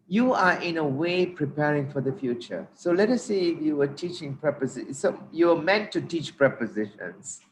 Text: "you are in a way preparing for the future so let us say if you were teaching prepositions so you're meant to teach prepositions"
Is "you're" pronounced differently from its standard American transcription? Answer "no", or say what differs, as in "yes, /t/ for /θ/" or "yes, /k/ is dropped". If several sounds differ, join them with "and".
yes, /w/ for /ɹ/